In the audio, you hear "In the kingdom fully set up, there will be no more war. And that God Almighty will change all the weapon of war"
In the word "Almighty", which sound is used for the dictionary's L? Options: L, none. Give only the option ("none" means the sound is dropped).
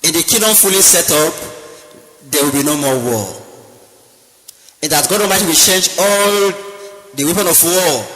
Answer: none